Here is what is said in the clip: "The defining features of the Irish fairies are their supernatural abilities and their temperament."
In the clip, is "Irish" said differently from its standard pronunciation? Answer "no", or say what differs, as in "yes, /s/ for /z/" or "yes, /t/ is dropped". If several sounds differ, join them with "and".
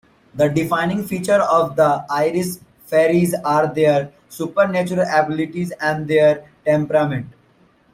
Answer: yes, /s/ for /ʃ/